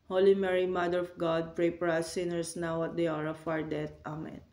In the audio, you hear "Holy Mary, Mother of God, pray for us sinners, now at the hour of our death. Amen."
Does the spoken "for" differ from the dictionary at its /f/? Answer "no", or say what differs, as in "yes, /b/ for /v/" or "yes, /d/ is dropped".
yes, /p/ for /f/